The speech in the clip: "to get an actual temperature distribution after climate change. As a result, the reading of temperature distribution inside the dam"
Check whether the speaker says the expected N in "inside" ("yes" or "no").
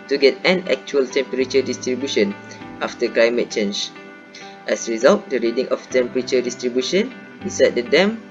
no